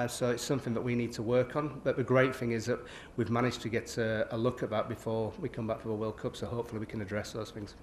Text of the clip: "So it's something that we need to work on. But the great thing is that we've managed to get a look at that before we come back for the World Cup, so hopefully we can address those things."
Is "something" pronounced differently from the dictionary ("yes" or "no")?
no